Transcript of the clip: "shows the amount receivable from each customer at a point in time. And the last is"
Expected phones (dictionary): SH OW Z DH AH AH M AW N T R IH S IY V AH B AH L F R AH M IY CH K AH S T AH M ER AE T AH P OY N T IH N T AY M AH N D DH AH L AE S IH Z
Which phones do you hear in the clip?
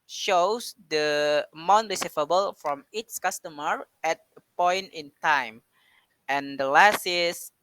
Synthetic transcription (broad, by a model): SH OW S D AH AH M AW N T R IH S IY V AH B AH L F R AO M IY S K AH S T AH M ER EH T AH P OY N T IH N T AY M AH N D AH L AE S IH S